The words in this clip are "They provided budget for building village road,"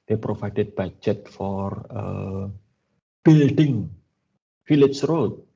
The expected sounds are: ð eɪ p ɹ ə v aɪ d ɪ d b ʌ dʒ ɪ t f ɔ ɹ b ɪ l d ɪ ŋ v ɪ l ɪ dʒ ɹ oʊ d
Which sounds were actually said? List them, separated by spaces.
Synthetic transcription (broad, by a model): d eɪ p ɹ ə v aɪ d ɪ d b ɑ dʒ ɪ t f ɔ ɹ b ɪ l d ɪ ŋ f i l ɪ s ɹ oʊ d